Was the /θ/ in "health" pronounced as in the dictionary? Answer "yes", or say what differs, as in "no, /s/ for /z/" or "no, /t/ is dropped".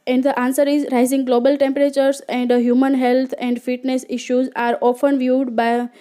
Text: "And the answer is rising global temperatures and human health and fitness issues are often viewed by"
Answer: no, /t/ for /θ/